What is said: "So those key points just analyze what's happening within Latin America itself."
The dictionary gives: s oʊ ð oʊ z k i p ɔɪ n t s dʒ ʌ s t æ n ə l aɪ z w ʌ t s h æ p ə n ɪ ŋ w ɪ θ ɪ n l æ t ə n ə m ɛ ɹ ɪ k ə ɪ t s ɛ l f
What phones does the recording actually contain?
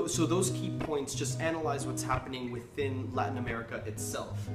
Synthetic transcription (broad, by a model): s oʊ ð oʊ z k i p ɔɪ n t s dʒ ʌ s t æ n ə l aɪ z w ʌ t s h æ p ə n ɪ ŋ w ɪ θ ɪ n l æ t n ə m ɛ ɹ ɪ k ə ɪ t s ɛ l f